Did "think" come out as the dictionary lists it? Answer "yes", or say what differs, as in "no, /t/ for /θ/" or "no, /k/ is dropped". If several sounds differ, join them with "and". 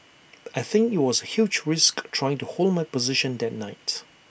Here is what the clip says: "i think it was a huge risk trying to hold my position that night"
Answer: yes